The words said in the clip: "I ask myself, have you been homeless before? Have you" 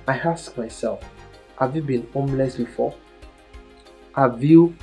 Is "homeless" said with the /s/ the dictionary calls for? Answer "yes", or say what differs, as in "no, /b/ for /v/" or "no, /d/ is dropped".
yes